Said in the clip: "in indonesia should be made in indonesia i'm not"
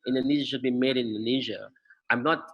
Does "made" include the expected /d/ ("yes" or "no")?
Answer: no